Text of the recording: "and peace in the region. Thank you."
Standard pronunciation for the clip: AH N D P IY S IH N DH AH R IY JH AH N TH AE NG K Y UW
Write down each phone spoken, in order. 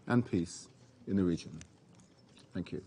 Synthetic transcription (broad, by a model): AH N P IY S IH N DH AH R IY JH AH N TH AE NG K Y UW